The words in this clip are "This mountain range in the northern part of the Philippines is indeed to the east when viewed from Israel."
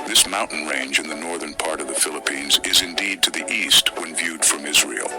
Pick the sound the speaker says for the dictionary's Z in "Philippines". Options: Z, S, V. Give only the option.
Z